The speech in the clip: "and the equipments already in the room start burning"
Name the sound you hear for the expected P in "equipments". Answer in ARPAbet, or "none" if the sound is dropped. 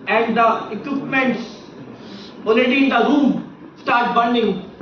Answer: P